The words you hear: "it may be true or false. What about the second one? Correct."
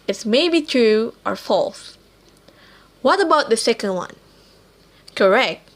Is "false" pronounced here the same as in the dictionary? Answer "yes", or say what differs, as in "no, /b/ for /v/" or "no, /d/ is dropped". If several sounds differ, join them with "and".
yes